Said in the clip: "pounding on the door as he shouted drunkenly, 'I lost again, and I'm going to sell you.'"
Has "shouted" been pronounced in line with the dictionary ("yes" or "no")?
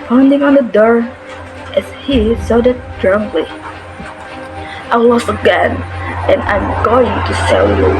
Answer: no